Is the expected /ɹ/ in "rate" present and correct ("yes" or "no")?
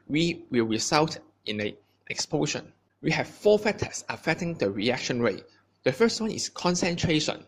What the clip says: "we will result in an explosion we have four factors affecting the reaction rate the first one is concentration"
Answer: yes